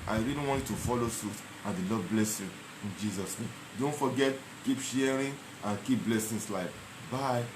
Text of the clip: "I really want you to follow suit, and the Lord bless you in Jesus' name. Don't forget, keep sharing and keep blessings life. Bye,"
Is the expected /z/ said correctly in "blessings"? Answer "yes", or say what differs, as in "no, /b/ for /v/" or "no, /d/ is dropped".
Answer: no, /s/ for /z/